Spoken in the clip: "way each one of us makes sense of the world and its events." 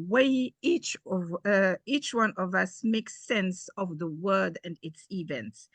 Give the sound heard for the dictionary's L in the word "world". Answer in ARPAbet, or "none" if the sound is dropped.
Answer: none